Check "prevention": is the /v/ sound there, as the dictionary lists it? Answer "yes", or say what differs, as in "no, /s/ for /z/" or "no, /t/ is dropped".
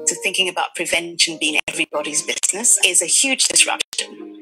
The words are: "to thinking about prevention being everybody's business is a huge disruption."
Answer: yes